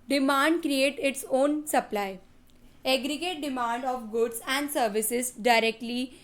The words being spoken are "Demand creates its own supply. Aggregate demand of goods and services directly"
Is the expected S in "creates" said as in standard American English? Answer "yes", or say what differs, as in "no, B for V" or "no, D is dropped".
no, S is dropped